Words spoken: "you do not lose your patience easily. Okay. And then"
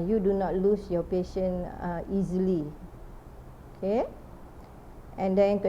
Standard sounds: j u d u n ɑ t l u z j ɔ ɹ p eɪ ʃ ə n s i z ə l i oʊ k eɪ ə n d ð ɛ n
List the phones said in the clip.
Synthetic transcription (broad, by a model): j u d u n ɑ t l u s j ɔ p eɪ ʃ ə n i z ə l i oʊ k eɪ ə n d ɛ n